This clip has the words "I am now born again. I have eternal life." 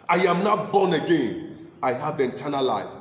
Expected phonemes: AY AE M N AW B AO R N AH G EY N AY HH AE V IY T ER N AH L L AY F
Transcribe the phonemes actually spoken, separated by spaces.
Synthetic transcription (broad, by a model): AY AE M N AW B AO N AH G EY N AY HH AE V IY T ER N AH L L AY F